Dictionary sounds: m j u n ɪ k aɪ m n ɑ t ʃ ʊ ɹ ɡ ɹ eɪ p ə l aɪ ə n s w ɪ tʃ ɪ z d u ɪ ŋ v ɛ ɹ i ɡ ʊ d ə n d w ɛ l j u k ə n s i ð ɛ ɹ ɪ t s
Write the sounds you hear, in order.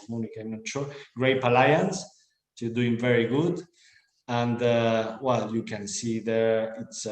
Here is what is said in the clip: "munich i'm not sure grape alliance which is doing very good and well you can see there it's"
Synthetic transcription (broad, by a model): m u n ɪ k aɪ m n ɑ t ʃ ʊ ɹ ɡ ɹ eɪ p ə l aɪ ə n s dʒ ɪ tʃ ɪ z d u ɪ ŋ v ɛ ɹ i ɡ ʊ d ə n d w ɛ l j u k ə n s i ð ɛ ɹ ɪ t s